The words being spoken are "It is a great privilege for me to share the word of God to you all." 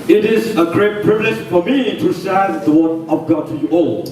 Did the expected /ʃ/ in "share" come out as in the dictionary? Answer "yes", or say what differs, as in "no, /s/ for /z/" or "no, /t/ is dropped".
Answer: no, /s/ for /ʃ/